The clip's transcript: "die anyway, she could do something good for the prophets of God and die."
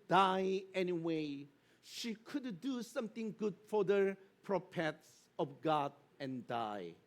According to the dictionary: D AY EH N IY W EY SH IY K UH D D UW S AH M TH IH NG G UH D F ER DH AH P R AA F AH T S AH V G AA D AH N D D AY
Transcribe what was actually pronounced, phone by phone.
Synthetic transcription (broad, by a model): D AY EH N IY W EY SH IY K UH D D UW S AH M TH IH NG G UH D F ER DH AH P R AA P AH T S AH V G AA D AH N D D AY